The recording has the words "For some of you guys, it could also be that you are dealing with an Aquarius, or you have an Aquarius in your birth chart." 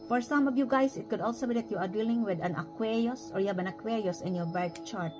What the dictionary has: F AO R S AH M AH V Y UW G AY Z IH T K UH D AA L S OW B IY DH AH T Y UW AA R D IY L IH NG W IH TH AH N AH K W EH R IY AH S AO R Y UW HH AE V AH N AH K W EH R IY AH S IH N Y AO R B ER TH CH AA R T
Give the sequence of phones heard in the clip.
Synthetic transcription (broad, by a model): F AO R S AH M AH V Y UW G AY S IH T K UH D AA L S OW B IY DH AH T Y UW AA R D IY L IH NG W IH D AH N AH K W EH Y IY S AO R Y UW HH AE B AH N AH K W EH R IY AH S IH N Y AO R B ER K CH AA R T